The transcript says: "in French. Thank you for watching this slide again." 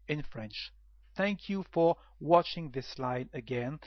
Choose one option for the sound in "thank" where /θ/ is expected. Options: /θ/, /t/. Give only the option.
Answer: /θ/